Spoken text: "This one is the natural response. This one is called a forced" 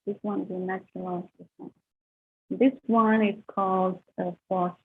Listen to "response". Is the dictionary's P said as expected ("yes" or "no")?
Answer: no